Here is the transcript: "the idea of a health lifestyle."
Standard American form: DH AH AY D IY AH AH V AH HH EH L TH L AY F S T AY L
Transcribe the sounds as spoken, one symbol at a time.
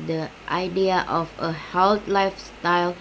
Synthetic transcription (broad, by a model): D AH AY D IY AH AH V AH HH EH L T L AY F S T AY L